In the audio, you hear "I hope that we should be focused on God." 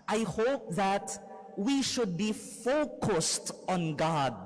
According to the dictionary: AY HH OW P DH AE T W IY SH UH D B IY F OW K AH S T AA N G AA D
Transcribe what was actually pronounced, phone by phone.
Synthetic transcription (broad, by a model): AY HH OW P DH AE T W IY SH UH D B IY F OW K AH S T AA N G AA D